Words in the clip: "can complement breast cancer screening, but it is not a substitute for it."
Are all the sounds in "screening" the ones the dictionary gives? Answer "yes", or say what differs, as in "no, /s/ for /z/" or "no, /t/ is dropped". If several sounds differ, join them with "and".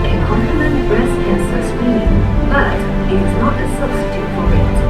no, /k/ is dropped